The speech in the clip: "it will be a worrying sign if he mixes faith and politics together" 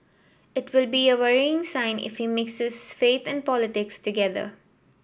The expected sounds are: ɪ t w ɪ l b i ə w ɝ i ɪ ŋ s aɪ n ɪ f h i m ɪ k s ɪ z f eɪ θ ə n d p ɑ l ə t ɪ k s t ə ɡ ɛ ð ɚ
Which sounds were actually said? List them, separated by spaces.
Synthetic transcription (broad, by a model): ɪ t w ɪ l b i ə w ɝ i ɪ ŋ s aɪ n ɪ f h i m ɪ k s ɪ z f eɪ t ə n d p ɑ l ə t ɪ k s t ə ɡ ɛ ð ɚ